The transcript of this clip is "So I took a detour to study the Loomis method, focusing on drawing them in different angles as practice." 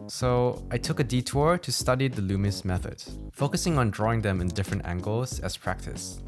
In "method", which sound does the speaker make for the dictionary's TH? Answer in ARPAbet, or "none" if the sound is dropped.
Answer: TH